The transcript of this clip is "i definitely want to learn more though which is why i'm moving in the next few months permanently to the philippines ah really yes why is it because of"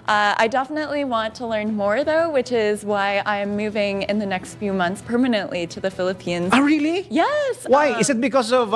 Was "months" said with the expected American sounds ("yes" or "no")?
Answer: yes